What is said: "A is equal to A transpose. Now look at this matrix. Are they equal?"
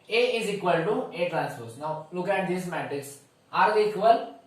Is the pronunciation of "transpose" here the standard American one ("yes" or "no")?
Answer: no